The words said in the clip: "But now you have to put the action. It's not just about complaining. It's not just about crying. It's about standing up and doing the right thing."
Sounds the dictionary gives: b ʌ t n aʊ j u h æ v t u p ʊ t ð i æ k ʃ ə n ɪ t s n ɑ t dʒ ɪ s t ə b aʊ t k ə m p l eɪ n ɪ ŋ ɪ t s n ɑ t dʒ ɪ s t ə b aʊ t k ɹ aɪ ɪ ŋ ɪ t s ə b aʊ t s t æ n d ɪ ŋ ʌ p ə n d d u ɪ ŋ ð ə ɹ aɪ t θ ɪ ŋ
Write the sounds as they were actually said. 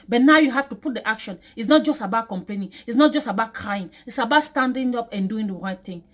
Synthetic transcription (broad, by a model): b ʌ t n aʊ j u h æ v t u p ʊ t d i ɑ k ʃ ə n ɪ t s n ɑ t dʒ ɪ s t ə b aʊ t k ə m p l eɪ n ɪ ŋ ɪ t s n ɑ t dʒ ɪ s t ə b aʊ t k ɹ aɪ ɪ ŋ ɪ t s ə b aʊ t s t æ n d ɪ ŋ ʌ p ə n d d u ɪ ŋ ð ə ɹ aɪ t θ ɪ ŋ